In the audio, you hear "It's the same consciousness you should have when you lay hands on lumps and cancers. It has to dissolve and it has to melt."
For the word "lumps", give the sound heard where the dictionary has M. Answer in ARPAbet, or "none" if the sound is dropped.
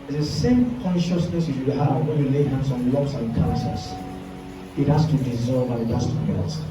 none